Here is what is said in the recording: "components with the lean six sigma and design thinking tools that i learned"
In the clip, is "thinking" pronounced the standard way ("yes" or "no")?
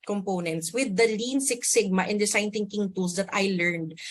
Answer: no